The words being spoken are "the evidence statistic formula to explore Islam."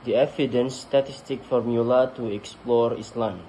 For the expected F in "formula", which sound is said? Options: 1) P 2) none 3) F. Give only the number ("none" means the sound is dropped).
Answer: 3